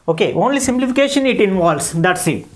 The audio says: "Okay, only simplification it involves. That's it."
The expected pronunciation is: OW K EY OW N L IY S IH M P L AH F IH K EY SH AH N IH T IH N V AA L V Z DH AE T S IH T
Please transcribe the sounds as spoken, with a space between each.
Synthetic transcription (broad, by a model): OW K EY OW N L IY S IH M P L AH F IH K EY SH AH N IH T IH N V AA L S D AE T S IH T